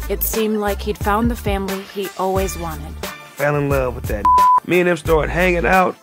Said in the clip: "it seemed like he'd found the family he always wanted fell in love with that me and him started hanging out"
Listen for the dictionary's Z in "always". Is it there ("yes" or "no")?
yes